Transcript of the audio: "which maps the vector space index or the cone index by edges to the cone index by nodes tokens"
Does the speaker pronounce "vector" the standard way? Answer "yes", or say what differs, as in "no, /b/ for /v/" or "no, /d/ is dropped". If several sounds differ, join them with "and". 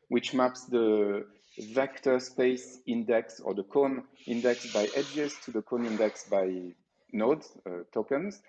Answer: yes